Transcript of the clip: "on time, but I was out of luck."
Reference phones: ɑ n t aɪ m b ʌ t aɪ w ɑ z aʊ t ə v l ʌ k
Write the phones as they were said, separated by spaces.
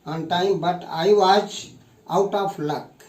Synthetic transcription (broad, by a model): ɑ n t aɪ m b ʌ t aɪ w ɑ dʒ aʊ t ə p l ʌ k